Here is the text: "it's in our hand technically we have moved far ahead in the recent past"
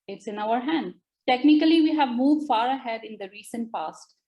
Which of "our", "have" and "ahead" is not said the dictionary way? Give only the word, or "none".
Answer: none